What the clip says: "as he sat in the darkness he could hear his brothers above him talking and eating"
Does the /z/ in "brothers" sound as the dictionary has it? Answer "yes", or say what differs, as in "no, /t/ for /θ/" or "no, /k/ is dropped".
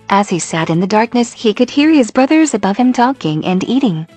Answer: yes